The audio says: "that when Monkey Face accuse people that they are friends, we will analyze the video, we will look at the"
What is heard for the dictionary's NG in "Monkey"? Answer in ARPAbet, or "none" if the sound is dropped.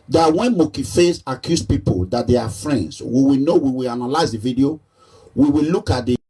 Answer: none